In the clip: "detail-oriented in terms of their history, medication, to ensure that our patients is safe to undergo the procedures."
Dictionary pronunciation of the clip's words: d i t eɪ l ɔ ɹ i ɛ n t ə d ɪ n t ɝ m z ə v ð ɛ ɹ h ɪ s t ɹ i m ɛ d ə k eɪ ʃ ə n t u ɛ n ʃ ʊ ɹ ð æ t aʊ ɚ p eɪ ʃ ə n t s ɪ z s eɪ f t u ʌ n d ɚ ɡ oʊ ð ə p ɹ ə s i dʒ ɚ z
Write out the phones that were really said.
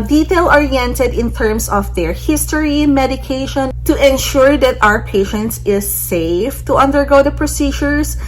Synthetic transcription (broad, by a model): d i t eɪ l ɔ ɹ i ɛ n t ə d ɪ n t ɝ m s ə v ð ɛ ɹ h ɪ s t ɹ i m ɛ d ə k eɪ ʃ ə n t u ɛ n ʃ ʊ ɹ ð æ t aʊ ɚ p eɪ ʃ ə n t s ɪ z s eɪ f t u ʌ n d ɚ ɡ oʊ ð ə p ɹ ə s i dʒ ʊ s